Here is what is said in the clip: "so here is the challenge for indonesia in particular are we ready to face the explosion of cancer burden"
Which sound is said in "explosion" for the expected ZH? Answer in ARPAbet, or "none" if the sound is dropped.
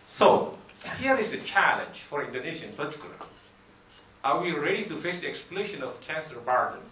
SH